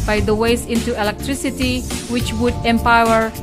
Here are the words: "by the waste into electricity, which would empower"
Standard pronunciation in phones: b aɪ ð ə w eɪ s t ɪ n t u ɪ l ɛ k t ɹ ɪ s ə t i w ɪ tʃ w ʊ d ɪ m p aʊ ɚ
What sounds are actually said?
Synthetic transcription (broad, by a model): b aɪ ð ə w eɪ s ɪ n t u ɪ l ɛ k t ɹ ɪ s ə t i w ɪ tʃ w ʊ d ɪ m p aʊ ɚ